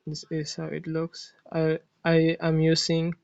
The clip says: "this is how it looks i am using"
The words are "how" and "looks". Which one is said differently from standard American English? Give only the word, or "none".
none